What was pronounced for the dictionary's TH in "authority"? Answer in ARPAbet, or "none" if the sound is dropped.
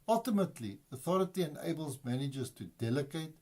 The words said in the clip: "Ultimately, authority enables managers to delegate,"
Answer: TH